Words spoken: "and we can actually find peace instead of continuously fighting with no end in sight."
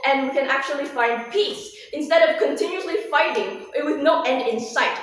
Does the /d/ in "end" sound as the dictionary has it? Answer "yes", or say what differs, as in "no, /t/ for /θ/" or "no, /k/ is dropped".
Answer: yes